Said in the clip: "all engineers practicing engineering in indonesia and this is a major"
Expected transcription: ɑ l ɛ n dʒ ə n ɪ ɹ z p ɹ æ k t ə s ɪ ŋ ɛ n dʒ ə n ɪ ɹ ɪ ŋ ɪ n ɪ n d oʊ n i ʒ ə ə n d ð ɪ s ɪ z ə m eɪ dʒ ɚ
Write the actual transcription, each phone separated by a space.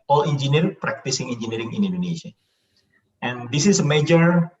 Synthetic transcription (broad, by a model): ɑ l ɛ n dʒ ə n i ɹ p ɹ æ k t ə s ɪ ŋ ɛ n dʒ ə n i ɹ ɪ ŋ ɪ n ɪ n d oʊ n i ʃ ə ə n d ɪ s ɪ s ə m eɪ dʒ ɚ